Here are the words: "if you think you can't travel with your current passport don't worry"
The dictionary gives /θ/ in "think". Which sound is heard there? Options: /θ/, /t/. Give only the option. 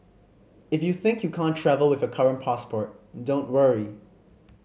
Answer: /θ/